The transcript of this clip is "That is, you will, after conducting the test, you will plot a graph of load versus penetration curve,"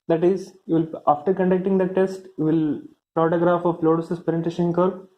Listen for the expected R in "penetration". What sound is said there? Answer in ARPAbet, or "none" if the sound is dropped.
none